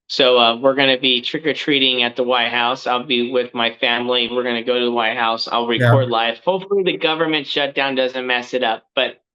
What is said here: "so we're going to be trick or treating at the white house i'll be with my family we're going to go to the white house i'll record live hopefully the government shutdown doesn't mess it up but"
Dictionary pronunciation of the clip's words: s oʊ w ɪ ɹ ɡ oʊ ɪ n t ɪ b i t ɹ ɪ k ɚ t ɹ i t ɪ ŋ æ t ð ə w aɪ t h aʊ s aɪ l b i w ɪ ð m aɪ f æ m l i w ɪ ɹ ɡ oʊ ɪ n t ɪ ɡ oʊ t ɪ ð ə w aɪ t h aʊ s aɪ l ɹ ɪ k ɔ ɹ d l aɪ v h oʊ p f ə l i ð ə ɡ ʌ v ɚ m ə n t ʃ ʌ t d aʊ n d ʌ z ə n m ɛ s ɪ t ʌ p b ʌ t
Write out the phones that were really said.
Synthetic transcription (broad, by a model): s oʊ w ɪ ɹ ɡ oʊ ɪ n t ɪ b i t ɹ ɪ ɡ ɚ t ɹ i t ɪ ŋ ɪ t ð ə w aɪ t h aʊ s aɪ l b i w ɪ ð m aɪ f æ m l i w ɪ ɹ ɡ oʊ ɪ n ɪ ɡ oʊ t ɪ ð ə w aɪ t h aʊ s aɪ l ɹ ɪ k ɔ ɹ d l aɪ f h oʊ f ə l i ð ə ɡ ʌ v ɚ m ə n t ʃ ʌ t d aʊ n d ʌ z ə n m ɛ s ɪ t ʌ p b ʌ t